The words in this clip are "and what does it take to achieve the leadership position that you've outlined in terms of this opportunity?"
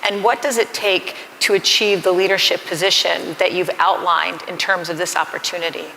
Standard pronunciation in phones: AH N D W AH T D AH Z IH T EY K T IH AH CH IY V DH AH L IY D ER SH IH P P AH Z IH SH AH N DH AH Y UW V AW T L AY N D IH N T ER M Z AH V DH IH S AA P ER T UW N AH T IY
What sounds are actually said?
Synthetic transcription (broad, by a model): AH N W AH T D AH Z IH T EY K T IH AH CH IY V DH AH L IY D ER SH IH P P AH Z IH SH AH N DH AH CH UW V AW T L AY N D IH N T ER M Z AH V DH IH S AA P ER T UW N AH T IY